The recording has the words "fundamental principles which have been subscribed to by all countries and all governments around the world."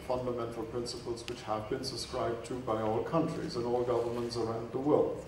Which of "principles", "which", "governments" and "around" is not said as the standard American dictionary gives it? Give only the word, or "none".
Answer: none